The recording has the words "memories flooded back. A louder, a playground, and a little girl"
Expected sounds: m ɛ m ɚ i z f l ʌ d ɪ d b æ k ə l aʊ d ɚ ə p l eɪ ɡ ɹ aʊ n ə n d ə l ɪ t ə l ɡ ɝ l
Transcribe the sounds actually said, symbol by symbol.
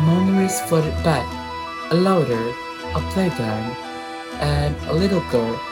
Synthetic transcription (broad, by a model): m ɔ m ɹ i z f ʌ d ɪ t b æ k ə l aʊ d ɚ ə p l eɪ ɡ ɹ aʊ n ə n ə l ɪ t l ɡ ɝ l